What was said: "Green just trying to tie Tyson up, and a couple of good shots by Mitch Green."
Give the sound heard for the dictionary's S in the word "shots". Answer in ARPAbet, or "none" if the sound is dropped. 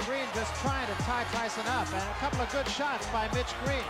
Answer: none